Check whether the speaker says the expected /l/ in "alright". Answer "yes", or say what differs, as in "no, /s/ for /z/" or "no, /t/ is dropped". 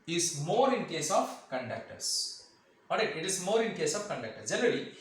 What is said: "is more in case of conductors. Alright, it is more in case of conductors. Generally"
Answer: no, /l/ is dropped